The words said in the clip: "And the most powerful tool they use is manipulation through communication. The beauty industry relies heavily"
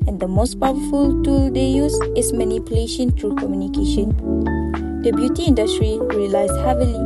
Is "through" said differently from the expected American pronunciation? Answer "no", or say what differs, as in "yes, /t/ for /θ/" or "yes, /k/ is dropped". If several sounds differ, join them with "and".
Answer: yes, /t/ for /θ/